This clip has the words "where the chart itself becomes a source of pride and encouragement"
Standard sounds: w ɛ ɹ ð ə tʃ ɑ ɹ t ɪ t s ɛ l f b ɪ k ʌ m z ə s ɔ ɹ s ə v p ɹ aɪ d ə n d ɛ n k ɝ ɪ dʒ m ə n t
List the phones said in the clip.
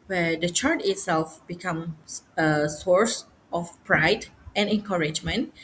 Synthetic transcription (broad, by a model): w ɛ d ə tʃ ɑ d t ɪ t s ɛ l f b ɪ k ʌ m ə s ɔ ɹ s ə f p ɹ aɪ d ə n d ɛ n k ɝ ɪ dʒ m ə n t